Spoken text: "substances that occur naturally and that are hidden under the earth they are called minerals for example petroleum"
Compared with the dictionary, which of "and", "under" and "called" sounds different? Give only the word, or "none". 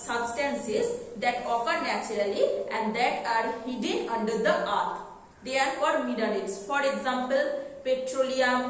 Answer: called